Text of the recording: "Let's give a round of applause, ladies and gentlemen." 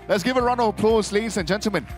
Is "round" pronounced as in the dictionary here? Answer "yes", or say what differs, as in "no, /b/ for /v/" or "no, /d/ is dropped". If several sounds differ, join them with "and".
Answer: no, /d/ is dropped